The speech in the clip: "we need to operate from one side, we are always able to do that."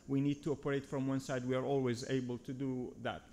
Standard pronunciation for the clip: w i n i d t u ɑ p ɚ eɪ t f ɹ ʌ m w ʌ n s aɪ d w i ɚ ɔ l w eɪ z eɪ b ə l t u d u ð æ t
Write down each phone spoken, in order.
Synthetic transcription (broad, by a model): w i n i d t u ɑ p ɚ eɪ t f ɹ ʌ m w ʌ n s aɪ d w i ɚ ɔ l w eɪ z eɪ b ə l t u d u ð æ t